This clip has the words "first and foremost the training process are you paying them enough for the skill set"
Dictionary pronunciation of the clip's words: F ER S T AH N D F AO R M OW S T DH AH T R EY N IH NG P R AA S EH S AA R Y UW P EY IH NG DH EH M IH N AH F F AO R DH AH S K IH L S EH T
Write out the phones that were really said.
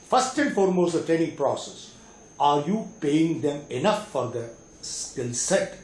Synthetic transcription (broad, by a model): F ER S T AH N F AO R M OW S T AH T EY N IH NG P R AA S EH S AA R Y UW P EY IH NG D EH M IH N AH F F AO R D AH S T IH L S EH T